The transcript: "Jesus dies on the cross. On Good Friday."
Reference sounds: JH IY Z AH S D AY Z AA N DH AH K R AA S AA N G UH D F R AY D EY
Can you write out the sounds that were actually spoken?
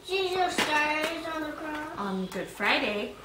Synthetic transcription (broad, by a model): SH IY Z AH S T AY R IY N DH AH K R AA AA N G UH D F R AY D EY